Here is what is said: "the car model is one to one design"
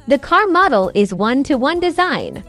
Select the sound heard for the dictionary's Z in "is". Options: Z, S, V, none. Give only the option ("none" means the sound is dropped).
Z